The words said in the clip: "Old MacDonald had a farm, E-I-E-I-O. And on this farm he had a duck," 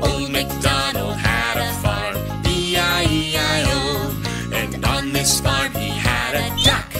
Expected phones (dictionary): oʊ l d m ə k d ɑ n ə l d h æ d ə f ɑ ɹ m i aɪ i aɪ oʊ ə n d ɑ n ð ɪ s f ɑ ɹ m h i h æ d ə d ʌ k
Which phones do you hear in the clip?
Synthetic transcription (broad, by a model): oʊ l m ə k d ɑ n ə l h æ d ə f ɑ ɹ i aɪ i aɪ oʊ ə n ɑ n ð ɪ s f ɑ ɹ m h i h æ d ə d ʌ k